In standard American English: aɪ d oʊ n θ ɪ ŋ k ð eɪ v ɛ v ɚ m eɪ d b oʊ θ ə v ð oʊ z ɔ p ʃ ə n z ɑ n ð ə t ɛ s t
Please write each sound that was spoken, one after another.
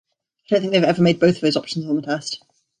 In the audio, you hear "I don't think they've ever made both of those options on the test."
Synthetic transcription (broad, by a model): aɪ d oʊ n θ ɪ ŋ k ð eɪ v ɛ v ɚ m eɪ d b oʊ θ ə v ð oʊ z ɔ p ʃ ə n z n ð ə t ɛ s t